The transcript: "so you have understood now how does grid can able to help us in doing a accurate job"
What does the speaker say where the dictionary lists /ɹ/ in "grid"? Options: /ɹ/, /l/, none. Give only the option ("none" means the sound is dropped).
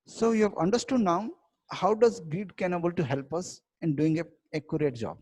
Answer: none